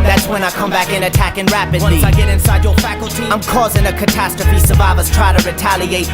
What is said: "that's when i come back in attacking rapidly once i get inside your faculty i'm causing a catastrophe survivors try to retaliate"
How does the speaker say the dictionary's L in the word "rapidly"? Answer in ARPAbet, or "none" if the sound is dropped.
none